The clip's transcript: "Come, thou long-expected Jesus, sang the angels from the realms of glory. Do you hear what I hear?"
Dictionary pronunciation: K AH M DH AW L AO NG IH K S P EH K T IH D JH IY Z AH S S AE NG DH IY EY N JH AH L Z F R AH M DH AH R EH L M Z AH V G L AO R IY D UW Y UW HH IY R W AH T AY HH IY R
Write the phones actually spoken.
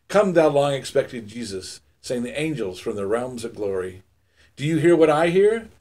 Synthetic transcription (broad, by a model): K AH M DH AW L AO NG IH K S P EH K T IH D JH IY Z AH S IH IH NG DH IY EY N JH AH L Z F R AH M DH AH R EH L M Z AH V G L AO R IY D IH Y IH HH IY R W AH T AY HH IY R